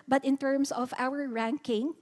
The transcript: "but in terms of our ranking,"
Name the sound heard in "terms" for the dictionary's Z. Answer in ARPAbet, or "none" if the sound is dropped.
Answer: S